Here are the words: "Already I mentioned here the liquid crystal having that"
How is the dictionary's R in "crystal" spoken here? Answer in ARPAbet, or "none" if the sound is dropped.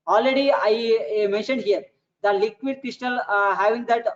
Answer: R